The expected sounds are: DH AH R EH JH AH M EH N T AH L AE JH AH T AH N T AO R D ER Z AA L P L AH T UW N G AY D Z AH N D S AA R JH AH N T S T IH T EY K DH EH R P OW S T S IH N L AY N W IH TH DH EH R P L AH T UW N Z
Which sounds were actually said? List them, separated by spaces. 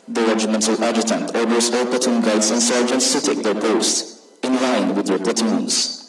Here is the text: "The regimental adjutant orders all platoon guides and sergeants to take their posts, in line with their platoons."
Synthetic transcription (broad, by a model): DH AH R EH JH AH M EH N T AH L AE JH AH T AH N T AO R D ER S AA L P AH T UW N G AY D S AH N S AA R JH AH N T S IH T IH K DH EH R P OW S T IH N L AY N W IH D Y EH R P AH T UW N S